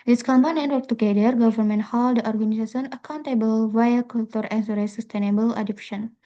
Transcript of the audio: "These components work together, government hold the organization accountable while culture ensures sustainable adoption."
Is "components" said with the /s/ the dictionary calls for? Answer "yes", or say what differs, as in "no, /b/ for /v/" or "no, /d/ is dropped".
no, /s/ is dropped